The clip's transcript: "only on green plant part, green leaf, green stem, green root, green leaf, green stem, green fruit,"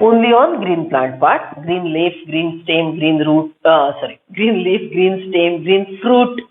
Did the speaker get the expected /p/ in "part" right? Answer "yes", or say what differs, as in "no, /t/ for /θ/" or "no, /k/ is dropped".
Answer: no, /b/ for /p/